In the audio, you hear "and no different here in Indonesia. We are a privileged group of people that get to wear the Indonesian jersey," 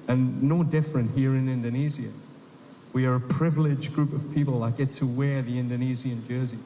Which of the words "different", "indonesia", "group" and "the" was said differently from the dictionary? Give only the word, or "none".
indonesia